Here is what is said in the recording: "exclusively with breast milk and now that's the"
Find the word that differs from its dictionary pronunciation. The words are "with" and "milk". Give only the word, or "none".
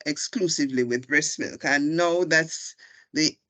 none